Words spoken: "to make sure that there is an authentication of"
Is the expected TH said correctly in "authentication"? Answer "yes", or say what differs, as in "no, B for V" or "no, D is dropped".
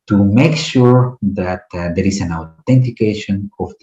no, T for TH